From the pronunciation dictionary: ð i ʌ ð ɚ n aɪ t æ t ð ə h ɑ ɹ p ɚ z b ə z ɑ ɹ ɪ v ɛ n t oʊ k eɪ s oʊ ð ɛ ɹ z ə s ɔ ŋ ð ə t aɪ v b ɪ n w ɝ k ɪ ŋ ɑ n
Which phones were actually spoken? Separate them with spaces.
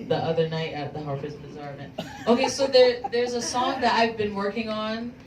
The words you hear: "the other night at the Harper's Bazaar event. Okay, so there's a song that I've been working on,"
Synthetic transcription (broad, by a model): ð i ʌ ð ɚ n aɪ t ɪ t ð ə h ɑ ɹ f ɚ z b ə z ɑ ɹ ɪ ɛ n t oʊ k eɪ s oʊ ð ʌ ɹ z ə s ɔ ŋ ð ə t aɪ v b ɪ n w ɝ k ɪ ŋ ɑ n